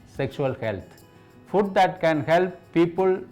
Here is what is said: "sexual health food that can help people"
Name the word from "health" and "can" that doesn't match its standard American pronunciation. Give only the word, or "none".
health